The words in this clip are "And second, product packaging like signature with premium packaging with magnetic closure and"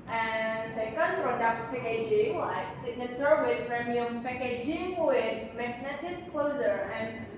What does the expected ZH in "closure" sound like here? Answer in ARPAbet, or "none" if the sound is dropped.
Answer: Z